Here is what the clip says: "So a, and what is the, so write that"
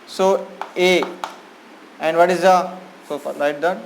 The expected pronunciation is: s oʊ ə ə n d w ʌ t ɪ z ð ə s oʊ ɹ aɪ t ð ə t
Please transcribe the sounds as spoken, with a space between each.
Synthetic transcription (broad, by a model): s oʊ ə ə n d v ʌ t ɪ z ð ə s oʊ l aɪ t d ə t